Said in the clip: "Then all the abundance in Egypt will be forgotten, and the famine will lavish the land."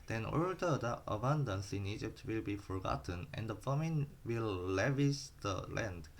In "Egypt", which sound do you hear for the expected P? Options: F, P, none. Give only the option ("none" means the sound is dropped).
P